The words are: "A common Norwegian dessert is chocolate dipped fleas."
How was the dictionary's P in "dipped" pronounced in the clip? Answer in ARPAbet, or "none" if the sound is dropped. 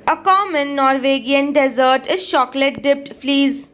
P